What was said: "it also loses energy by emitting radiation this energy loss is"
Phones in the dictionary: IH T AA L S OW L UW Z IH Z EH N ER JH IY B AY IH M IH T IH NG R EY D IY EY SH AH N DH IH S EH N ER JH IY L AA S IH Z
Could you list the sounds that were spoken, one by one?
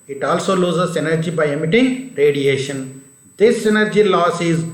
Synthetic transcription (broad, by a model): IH T AA L S OW L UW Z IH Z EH N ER JH IY B AY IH M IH T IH NG R EY D IY EY SH AH N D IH S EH N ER JH IY L AA S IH Z